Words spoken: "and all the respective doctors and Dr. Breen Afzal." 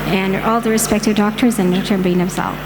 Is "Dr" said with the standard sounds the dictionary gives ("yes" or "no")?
no